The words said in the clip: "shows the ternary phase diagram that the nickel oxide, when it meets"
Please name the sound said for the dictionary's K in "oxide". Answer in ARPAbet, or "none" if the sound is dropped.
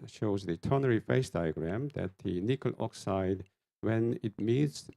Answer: K